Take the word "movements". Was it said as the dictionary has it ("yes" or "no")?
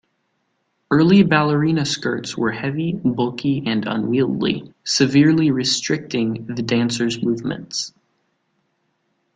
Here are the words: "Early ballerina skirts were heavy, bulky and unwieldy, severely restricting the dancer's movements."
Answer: yes